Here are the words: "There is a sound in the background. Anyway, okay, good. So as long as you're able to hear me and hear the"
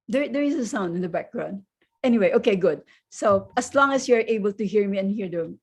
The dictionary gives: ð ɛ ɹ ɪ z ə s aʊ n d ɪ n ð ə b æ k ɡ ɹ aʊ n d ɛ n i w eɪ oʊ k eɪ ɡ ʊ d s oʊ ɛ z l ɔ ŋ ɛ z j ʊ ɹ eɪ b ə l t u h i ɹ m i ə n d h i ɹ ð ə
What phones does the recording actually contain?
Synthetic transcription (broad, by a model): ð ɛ ɹ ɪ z ə s aʊ n d ɪ n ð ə b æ k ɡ ɹ aʊ n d ɛ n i w eɪ oʊ k eɪ ɡ ʊ d s oʊ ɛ s l ɔ ŋ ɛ s j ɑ ɹ eɪ b ə l t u h i ɹ m i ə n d h i ɹ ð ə